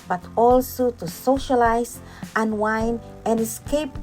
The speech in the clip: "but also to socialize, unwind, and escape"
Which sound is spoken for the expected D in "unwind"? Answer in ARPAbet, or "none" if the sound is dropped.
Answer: none